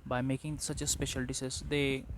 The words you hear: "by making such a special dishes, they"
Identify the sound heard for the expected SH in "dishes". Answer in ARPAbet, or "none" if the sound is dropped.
S